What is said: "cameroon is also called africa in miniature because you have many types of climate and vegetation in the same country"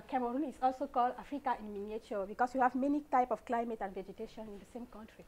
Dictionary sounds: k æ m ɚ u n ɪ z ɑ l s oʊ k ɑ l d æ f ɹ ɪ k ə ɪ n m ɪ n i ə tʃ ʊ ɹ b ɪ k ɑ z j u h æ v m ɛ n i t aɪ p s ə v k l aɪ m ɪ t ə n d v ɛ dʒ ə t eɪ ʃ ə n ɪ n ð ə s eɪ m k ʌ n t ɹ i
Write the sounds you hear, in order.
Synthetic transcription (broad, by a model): k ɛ m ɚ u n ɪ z ɑ l s oʊ k ɑ l d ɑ f ɹ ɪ k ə ɪ n m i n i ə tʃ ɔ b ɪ k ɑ s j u h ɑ v m ɛ n i t aɪ p s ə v k l aɪ m ɪ t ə n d v ɛ dʒ ə t eɪ ʃ ə n ɪ n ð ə s eɪ m k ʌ n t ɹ i